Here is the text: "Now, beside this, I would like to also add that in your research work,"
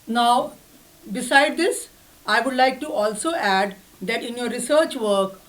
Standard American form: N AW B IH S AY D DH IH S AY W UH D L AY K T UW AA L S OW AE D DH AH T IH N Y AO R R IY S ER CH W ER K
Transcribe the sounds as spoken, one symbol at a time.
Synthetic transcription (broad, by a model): N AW B IH S AY D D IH S AY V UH D L AY K T UW AA L S OW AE D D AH T IH N Y AO R R IY S ER CH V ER K